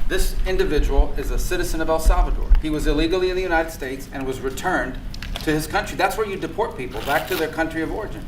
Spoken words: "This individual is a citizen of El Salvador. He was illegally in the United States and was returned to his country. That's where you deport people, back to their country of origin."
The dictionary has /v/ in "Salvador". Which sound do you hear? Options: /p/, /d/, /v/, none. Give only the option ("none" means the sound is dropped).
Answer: /v/